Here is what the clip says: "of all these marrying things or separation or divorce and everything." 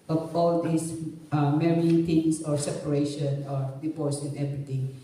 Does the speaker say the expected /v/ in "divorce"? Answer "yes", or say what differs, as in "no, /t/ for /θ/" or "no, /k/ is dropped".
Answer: no, /p/ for /v/